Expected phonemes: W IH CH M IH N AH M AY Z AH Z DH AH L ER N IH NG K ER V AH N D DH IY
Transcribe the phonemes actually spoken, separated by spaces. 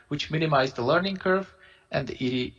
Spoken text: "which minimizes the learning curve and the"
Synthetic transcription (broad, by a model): W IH CH M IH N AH M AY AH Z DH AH L ER N IH NG K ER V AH N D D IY